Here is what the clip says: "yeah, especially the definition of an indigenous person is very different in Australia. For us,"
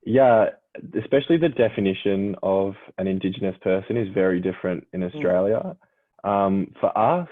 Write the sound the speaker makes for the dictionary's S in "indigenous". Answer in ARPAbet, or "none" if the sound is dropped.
S